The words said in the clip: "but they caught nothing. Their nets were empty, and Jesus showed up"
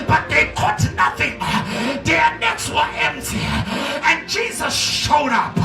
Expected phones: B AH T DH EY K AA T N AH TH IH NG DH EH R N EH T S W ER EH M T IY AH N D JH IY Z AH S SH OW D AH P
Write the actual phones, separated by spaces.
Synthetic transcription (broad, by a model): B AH T DH EY K AA T N AH TH IH NG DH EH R N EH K S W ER EH M T IY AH N JH IY Z AH S SH OW D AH P